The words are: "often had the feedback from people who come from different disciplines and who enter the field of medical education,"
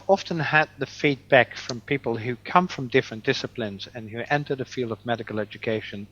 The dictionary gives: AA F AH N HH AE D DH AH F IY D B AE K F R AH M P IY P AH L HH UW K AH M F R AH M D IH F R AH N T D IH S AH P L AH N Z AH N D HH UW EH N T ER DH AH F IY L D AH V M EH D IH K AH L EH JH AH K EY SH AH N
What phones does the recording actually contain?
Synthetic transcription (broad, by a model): AA F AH N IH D DH AH F IY D B AE K F R AH M P IY P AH L HH UW K AH M F R AH M D IH F R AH N D IH S AH P L AH N Z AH N HH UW EH N T ER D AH F IY L D AH V M EH D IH K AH L EH JH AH K EY SH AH N